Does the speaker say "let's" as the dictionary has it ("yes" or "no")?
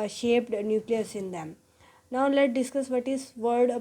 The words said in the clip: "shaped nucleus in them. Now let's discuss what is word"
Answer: no